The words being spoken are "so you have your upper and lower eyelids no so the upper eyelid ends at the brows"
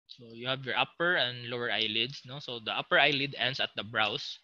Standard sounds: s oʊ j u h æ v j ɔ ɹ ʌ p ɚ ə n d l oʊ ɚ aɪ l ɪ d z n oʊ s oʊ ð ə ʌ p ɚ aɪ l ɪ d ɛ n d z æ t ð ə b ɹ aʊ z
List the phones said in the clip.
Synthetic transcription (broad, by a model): s oʊ j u h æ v j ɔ ɹ ʌ p ɚ ə n d l oʊ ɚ aɪ l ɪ d s n oʊ s oʊ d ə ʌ p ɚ aɪ l ɪ d ɛ n d s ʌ t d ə b ɹ aʊ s